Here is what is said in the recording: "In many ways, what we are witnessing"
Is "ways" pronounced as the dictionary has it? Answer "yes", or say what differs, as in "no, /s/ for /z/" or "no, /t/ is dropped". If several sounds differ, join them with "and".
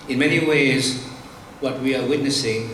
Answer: yes